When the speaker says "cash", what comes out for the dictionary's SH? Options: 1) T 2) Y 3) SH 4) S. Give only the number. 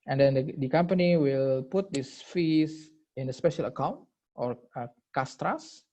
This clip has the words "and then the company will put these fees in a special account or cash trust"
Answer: 4